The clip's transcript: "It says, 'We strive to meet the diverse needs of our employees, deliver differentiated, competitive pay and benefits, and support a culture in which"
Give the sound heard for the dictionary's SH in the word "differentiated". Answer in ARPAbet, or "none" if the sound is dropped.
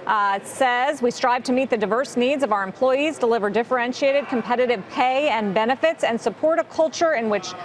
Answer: SH